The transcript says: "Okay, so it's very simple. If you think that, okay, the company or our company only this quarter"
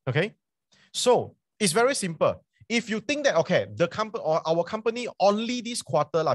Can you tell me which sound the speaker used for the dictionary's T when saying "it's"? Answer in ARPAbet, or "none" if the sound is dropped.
T